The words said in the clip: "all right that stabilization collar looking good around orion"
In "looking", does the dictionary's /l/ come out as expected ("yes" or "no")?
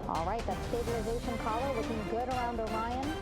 no